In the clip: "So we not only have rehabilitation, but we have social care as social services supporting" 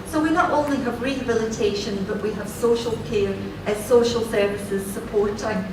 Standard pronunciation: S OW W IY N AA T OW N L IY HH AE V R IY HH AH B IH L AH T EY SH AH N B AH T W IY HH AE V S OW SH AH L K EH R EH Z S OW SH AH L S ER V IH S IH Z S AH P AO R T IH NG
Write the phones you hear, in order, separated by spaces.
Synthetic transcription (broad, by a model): S OW W IY N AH T OW N L IY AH V R IY HH AH B IH L AH T EY SH AH N B AH T W IY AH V S OW SH AH L K EH R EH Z S OW SH AH L S ER V IH S IH Z S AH P AO R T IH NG